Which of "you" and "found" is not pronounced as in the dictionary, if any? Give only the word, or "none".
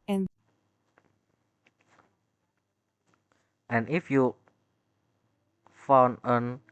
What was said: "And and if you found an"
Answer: found